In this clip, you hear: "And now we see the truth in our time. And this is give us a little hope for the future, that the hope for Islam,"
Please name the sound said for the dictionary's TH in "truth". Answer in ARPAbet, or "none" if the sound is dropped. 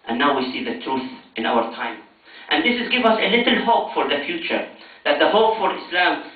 TH